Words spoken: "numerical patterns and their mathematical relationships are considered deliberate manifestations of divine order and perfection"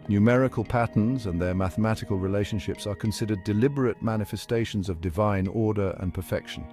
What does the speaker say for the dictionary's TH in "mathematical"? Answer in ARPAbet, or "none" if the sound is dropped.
TH